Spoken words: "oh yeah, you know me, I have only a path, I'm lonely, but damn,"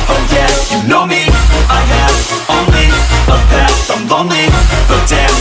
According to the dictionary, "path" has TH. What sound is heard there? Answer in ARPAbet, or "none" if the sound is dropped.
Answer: S